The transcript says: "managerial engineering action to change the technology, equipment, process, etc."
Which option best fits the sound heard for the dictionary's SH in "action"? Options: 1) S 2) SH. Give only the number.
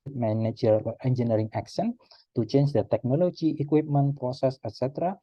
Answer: 1